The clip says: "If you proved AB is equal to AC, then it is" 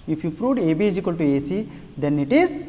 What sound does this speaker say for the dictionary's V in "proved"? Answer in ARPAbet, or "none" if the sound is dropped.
none